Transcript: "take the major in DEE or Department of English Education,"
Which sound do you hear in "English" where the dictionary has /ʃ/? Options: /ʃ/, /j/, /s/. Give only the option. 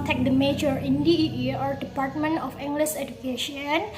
/s/